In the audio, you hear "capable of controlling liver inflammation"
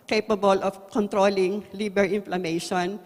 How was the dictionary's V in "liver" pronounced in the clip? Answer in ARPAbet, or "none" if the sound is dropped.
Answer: B